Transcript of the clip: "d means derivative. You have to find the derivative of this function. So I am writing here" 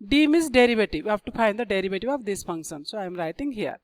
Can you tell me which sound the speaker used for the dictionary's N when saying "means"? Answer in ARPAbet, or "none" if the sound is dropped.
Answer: none